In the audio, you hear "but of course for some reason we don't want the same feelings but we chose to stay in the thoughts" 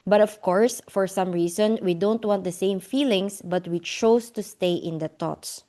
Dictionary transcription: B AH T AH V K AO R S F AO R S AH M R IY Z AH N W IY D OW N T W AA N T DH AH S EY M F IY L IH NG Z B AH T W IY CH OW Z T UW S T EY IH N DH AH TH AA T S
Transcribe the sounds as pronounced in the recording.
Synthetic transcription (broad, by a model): B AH T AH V K AO R S F AO R S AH M R IY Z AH N W IY D OW N T W AA N T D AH S EY M F IY L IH NG S B AH T W IY CH OW S T UW S T EY IH N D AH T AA T S